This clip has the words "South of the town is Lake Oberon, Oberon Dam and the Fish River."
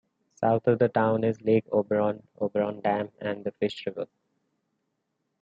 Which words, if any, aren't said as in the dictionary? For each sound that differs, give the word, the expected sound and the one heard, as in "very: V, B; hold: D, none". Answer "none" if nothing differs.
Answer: south: TH, T